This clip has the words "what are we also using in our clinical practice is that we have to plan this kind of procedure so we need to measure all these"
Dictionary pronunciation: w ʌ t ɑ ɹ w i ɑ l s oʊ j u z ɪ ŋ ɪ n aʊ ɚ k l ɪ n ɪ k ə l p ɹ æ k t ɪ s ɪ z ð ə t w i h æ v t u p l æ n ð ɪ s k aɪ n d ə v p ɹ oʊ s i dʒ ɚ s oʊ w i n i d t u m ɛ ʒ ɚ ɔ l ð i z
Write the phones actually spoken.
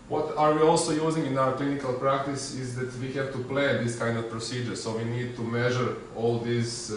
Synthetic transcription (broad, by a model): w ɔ t ɑ ɹ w i ɑ l s oʊ j u z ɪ ŋ ɪ n aʊ ɚ k l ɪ n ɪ k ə l p ɹ æ k t ɪ s ɪ z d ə t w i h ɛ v t u p l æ n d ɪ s k aɪ n d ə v p ɹ oʊ s i dʒ ɚ s oʊ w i n i d t u m ɛ ʒ ɚ ɔ l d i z